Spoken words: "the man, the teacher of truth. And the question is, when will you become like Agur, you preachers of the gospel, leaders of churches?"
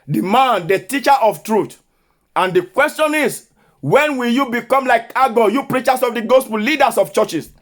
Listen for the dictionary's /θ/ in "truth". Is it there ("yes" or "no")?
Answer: no